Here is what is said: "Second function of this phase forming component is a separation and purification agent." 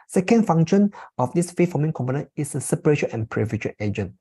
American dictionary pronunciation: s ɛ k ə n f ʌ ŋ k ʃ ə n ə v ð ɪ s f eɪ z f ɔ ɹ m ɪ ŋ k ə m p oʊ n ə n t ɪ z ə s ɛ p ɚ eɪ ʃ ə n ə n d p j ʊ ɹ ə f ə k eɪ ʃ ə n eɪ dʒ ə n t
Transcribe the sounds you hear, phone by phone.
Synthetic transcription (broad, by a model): s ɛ k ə n f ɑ ŋ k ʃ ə n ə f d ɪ s f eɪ f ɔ m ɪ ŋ k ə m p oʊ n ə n ɪ s ə s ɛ p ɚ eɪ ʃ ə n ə n p ɹ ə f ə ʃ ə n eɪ dʒ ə n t